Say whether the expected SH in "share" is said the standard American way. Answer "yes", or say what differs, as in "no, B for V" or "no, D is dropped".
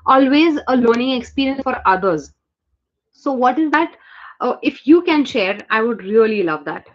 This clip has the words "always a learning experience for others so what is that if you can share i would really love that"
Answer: yes